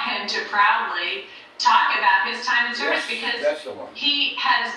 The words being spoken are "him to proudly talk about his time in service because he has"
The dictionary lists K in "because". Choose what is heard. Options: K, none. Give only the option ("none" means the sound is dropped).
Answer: K